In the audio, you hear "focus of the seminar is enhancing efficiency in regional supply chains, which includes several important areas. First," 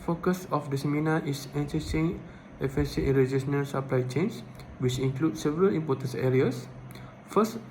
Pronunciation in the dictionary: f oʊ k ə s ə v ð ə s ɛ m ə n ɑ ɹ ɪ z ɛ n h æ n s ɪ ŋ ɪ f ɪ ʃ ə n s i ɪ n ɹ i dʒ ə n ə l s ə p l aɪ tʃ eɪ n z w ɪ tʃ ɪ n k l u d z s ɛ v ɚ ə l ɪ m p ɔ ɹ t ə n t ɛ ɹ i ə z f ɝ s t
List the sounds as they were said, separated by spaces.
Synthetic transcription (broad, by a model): f oʊ k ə s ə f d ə s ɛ m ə n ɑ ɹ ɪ s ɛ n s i s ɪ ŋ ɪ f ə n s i ɪ n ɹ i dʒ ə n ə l s ə p l aɪ tʃ eɪ n s w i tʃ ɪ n k l u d s ɛ v ɚ ə l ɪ m p ɔ t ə n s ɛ ɹ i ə s f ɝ s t